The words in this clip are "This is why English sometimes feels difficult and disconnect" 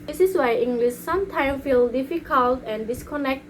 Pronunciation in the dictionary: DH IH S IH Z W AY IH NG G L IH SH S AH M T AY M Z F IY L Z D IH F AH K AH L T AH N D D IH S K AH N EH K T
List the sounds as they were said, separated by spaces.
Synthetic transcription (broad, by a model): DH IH S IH S W AY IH NG G L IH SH S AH M T AY M F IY L D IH F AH K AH L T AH N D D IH S K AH N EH K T